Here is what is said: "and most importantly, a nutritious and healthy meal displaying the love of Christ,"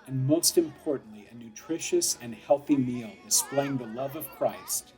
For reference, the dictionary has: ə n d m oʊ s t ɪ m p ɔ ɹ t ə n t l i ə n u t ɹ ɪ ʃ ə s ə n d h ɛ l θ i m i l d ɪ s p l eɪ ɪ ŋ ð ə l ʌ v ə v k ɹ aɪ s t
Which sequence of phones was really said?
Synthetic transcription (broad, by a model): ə n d m oʊ s t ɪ m p ɔ ɹ t n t l i ə n u t ɹ ɪ ʃ ə s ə n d h ɛ l θ i m i l d ɪ s p l eɪ ɪ ŋ ð ə l ʌ v ə v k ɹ aɪ s t